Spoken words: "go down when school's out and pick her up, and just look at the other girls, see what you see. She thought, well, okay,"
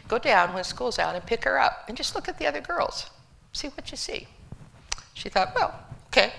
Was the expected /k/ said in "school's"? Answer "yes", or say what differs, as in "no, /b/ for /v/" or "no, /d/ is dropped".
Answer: yes